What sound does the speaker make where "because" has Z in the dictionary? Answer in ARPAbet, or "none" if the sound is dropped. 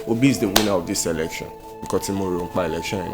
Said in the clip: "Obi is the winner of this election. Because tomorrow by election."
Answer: none